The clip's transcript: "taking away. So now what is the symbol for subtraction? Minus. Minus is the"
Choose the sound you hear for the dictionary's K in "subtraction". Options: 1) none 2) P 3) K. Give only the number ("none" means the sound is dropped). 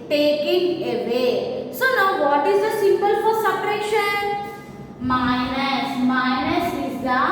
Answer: 1